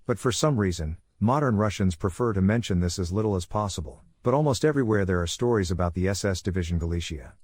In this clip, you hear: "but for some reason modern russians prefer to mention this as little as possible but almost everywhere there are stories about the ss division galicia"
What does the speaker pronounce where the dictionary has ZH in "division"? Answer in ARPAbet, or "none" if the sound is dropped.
ZH